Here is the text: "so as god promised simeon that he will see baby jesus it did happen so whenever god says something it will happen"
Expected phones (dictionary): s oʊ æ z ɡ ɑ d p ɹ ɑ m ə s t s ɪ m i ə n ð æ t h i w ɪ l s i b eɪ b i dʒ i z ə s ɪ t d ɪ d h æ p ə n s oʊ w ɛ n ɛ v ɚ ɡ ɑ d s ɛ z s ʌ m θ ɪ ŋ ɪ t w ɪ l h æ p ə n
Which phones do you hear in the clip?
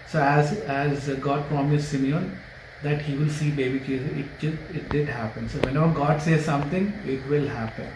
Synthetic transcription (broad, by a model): s oʊ æ z ɡ ɑ d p ɹ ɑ m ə s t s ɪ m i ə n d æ t h i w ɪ l s i b eɪ b i tʃ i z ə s ɪ t d ɪ d h æ p ə n s oʊ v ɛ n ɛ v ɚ ɡ ɑ d s ɛ z s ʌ m t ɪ ŋ ɪ t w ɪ l h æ p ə n